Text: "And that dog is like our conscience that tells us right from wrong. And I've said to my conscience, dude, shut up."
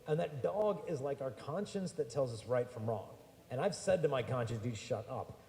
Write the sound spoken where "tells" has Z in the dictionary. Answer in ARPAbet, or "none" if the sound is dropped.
Z